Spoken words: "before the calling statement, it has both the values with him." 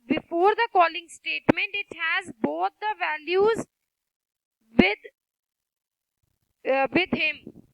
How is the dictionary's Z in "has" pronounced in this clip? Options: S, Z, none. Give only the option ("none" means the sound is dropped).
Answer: Z